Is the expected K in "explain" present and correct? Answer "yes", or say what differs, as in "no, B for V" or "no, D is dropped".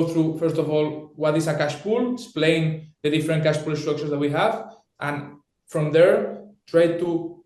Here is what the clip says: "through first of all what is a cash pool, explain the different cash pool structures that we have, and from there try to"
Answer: no, K is dropped